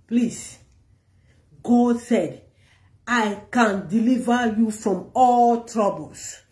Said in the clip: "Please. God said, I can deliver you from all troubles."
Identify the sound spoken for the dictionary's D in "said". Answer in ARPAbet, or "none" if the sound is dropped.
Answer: D